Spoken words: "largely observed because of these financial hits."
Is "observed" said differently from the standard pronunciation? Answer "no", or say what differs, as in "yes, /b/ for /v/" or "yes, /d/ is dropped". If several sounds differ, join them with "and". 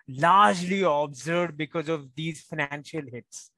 yes, /v/ is dropped